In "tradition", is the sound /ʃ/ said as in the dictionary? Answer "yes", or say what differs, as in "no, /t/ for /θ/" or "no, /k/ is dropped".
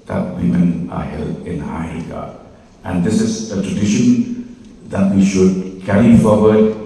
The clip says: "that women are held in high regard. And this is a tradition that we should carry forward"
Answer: yes